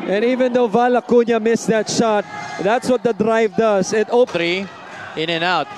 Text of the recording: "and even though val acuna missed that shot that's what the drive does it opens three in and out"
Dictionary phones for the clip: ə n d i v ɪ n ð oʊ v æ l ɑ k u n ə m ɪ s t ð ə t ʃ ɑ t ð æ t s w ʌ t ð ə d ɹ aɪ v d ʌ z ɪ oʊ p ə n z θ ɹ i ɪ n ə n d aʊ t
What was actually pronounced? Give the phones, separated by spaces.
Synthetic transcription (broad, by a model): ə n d i v ɪ n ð oʊ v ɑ l ɑ k u n ə m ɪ s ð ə t ʃ ɑ t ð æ t s w ʌ t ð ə d ɹ aɪ v d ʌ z ɪ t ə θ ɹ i ɪ n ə n aʊ t